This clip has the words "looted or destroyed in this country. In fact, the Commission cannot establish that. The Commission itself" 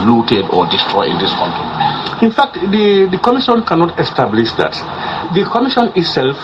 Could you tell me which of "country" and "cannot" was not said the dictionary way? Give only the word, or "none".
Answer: country